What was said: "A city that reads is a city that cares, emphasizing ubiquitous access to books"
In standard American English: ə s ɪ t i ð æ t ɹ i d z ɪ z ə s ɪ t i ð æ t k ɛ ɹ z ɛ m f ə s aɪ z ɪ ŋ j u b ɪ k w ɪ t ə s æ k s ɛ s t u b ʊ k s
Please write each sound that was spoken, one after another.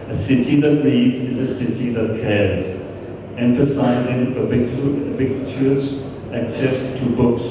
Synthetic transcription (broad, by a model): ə s ɪ t i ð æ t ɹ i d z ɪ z ə s ɪ t i ð æ t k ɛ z ɛ m f ə s aɪ z ɪ ŋ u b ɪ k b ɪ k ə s æ k s ɛ s t u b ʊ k s